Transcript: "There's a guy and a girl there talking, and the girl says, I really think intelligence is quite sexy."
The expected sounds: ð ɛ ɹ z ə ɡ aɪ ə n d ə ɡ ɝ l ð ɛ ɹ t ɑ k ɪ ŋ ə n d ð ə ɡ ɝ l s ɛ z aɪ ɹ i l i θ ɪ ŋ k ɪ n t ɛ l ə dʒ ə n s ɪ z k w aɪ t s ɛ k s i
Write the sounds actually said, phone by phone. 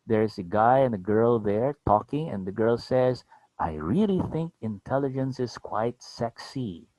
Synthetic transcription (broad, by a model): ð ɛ ɹ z ə ɡ aɪ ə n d ə ɡ ɝ l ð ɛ ɹ t ɑ k ɪ ŋ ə n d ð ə ɡ ɝ l s ɛ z aɪ ɹ i l i θ ɪ ŋ k ɪ n t ɛ l ə dʒ ə n s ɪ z k w aɪ t s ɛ k s i